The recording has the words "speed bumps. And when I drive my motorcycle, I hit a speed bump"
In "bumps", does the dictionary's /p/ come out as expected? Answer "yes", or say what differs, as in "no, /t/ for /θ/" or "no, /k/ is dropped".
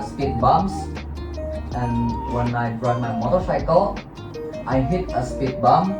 no, /p/ is dropped